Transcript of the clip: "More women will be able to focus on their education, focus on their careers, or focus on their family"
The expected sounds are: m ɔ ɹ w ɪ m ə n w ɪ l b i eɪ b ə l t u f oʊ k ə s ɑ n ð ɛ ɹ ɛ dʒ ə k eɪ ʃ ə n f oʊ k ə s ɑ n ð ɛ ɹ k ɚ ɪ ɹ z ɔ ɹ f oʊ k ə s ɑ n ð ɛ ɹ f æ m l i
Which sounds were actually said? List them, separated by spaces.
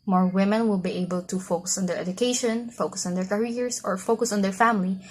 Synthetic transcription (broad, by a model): m ɔ ɹ w ɪ m ə n w ɪ l b i eɪ b ə l t u f oʊ k ə s ɑ n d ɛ ɹ ɛ dʒ ə k eɪ ʃ ə n f oʊ k ə s ɑ n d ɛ ɹ k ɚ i ɹ s ɔ ɹ f oʊ k ə s ɑ n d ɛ ɹ f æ m l i